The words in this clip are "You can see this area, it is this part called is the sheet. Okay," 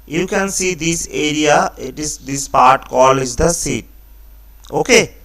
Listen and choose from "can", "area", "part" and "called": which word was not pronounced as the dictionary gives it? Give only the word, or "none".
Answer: called